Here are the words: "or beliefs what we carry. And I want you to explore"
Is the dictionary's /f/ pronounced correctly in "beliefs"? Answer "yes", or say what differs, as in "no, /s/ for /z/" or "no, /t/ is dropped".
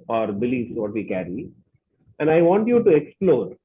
no, /f/ is dropped